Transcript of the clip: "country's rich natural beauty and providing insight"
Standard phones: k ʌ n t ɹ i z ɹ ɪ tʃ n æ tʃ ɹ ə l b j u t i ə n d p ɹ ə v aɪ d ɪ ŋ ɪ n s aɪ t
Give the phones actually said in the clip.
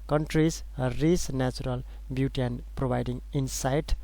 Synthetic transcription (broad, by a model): k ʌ n t ɹ i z ɹ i s n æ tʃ ɹ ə l b j u t i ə n p ɹ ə b aɪ d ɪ ŋ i n s aɪ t